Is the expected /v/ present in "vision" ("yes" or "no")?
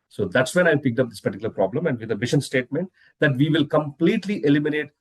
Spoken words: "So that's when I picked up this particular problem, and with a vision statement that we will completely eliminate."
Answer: no